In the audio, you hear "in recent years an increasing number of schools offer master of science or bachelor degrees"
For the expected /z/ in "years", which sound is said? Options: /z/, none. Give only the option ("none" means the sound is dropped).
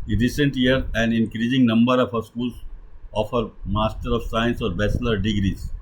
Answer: none